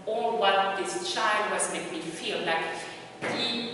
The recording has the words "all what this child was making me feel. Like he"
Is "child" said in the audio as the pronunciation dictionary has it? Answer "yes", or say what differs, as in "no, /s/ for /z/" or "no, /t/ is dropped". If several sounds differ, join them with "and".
yes